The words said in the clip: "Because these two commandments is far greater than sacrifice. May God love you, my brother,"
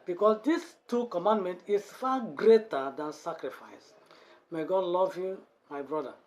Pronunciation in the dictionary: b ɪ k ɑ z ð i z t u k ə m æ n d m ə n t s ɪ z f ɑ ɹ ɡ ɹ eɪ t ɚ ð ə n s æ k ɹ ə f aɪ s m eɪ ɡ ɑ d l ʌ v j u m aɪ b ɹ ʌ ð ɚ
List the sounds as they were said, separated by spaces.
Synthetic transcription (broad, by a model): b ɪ k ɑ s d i s t u k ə m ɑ n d m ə n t ɪ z f ɑ ɡ ɹ eɪ t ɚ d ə n s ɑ k ɹ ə f aɪ s m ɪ ɡ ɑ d l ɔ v j u m aɪ b ɹ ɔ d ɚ